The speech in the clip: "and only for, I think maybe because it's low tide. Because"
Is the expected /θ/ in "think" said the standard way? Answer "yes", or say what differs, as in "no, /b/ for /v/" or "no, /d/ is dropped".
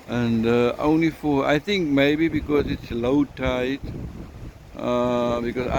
no, /t/ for /θ/